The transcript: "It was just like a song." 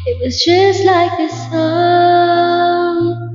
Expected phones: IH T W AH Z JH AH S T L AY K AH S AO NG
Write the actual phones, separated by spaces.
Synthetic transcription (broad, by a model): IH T W AH Z JH AH S T L AY K AH S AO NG